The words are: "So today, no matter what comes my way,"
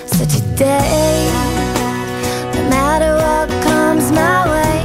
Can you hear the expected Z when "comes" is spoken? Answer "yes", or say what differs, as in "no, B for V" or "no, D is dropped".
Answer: yes